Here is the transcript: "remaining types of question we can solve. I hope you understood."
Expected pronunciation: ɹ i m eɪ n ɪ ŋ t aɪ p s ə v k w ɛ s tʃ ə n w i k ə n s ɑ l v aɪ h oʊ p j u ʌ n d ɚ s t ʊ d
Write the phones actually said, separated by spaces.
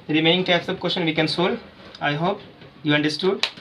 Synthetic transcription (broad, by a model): ɹ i m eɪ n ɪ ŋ t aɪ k s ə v k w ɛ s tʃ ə n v i k ə n s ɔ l aɪ h oʊ p j u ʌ n d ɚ s t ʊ d